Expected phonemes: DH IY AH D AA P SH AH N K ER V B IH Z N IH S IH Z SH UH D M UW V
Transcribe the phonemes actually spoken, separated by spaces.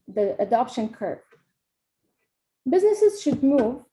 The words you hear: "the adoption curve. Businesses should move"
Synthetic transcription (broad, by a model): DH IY AH D AA P SH AH N K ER B B IH Z N IH S IH Z SH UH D M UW V